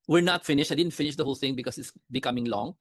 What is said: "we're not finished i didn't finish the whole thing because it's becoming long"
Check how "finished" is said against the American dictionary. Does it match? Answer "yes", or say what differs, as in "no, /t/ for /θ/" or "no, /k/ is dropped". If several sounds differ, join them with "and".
no, /t/ is dropped